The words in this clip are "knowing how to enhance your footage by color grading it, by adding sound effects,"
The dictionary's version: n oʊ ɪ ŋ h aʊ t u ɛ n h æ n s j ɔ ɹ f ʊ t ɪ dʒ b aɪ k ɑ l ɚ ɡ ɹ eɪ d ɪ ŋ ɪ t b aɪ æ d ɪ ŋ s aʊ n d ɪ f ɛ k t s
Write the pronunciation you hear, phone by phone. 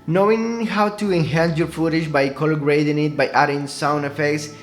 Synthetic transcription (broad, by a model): n oʊ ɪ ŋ h aʊ t u ɛ n h æ n s j ɔ ɹ f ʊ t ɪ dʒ b aɪ k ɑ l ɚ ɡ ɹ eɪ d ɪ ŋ ɪ t b aɪ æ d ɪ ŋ s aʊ n ɪ f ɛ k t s